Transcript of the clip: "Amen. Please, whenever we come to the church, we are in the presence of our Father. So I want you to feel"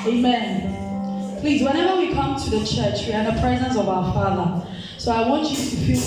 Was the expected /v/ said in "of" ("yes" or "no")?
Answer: yes